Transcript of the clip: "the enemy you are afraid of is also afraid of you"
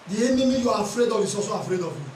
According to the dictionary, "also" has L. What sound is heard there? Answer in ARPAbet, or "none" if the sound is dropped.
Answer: none